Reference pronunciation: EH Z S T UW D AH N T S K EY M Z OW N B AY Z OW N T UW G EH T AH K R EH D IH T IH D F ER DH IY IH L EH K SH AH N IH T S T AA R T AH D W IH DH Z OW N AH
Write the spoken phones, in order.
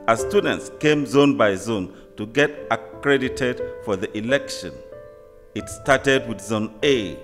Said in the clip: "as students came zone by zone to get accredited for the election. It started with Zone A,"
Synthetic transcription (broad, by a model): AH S T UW D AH N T S K EY M Z OW N B AY Z OW N T UW G EH T AH K R EH D IH T IH D F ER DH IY IH L EH K SH AH N IH T S T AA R T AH D W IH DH Z OW N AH